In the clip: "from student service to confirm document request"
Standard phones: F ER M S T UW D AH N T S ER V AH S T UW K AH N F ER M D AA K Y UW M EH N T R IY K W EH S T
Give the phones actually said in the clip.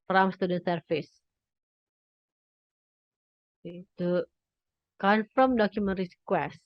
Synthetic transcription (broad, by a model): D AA M S T UW D AH N T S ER F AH S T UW K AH N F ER M D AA K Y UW M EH N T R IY K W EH S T